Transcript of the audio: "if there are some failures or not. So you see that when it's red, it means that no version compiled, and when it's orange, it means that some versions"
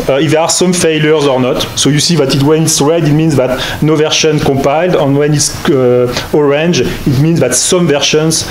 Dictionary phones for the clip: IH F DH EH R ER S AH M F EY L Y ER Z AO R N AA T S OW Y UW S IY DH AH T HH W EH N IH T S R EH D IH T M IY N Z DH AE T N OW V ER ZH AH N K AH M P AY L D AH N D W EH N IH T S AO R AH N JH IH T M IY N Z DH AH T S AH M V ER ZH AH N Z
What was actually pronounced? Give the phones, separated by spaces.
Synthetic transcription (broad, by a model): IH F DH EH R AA S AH M F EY L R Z AO R N AA T S OW Y UW S IY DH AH T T W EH N IH T S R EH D IH T M IY N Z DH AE T N OW V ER SH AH N K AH P AY L D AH N W EH N IH T S AO R AH N JH IH T M IY N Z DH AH T S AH M V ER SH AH N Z